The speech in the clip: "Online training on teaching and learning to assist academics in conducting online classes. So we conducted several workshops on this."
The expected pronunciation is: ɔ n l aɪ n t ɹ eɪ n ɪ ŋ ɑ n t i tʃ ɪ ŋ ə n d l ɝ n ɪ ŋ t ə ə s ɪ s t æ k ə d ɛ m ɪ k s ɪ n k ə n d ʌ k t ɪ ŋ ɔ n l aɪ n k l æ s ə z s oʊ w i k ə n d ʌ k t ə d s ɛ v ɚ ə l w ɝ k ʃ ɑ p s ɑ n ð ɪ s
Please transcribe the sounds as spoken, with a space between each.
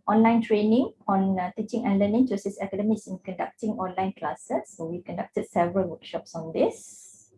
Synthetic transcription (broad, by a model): ɔ n l aɪ n t ɹ eɪ n ɪ ŋ ɑ n t i tʃ ɪ ŋ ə n l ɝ n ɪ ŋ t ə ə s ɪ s ɛ k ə d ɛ m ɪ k s ɪ n k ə n d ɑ k t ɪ ŋ ɔ n l aɪ n k l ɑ s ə s oʊ w i k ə n d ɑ k t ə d s ɛ v ɚ ə l w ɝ k ʃ ɑ p s ɑ n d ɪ s